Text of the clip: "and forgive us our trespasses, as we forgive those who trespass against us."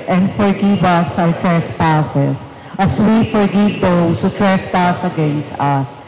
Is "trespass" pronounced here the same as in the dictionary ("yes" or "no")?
yes